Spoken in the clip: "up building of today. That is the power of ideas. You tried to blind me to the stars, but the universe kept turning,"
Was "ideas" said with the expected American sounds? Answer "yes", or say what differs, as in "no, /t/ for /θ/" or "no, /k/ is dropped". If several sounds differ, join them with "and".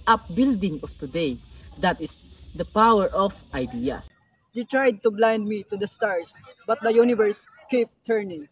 no, /z/ is dropped